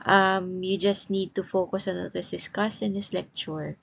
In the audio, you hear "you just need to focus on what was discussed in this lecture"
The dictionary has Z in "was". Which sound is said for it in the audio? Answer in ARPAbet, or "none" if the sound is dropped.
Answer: S